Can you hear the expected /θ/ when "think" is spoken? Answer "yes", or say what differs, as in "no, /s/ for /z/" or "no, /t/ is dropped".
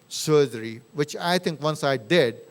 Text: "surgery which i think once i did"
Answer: no, /t/ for /θ/